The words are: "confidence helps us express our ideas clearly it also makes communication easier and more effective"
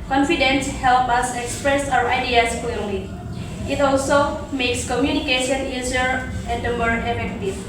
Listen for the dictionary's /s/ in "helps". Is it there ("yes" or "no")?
no